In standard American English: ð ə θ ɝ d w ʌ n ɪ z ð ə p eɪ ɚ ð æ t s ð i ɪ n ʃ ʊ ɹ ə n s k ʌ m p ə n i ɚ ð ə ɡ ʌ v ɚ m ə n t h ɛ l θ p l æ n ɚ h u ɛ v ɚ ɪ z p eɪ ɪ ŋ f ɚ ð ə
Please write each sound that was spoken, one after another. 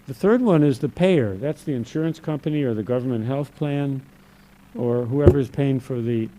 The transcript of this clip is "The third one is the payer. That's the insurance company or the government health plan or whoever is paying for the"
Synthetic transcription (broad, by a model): ð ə θ ɝ d w ʌ n ɪ z ð ə p eɪ ɚ ð æ t s ð i ɪ n ʃ ʊ ɹ ə n s k ʌ m p ə n i ɚ ð ə ɡ ʌ v ɚ m ə n t h ɛ l θ p l æ n ɚ h u ɛ v ɚ ɪ z p eɪ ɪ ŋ f ɚ ð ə